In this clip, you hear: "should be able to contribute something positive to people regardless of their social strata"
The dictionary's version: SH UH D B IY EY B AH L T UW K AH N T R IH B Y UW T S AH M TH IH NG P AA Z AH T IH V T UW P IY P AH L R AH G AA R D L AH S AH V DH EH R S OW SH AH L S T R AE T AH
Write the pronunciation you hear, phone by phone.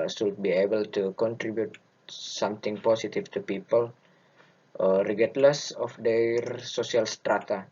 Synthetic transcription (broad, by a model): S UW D B IY EY B AH L T UW K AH N T R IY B Y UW T S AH M T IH NG P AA S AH T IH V T UW P IY P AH L R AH G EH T L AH S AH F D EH R S OW S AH L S T R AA T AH